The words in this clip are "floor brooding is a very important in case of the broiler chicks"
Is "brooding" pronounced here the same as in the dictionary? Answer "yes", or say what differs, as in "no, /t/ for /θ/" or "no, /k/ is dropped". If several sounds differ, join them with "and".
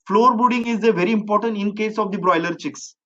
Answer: no, /ɹ/ is dropped